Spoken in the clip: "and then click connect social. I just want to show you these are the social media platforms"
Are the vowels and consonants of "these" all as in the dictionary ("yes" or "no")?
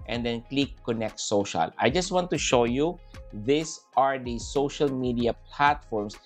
no